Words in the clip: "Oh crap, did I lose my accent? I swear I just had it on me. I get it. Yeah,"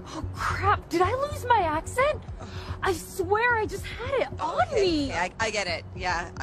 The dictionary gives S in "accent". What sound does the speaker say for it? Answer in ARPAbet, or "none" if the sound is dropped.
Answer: S